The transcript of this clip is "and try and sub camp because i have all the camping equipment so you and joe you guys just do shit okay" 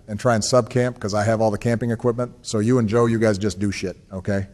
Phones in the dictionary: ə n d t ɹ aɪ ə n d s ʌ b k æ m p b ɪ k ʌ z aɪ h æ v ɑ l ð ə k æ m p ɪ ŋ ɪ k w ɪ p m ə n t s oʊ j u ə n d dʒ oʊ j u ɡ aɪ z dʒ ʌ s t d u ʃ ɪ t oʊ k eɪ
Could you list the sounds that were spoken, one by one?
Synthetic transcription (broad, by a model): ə n t ɹ aɪ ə n s ʌ b k æ m p k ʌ z aɪ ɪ v ɑ l ð ə k æ m p ɪ ŋ ɪ k w ɪ p m ə n t s oʊ j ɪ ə n dʒ oʊ j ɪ ɡ aɪ z dʒ ʌ s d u ʃ ɪ t oʊ k eɪ